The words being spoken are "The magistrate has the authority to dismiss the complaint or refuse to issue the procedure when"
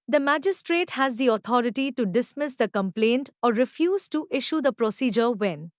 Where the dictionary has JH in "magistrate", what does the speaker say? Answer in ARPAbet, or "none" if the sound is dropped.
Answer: JH